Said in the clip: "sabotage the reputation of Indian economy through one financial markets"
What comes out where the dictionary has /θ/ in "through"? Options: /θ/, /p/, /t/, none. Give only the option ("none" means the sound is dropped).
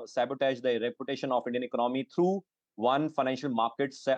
/t/